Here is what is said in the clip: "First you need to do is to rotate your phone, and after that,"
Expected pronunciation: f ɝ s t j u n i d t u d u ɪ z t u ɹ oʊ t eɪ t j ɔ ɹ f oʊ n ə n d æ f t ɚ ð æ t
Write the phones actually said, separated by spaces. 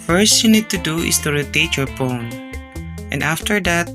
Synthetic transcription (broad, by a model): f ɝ s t j u n i d t u d u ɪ s t u ɹ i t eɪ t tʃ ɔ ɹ p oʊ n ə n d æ f t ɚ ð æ t